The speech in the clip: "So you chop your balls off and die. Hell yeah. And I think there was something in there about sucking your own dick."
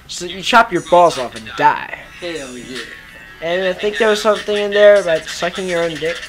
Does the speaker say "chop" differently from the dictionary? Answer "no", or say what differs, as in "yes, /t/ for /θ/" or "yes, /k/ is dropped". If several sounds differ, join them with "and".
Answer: no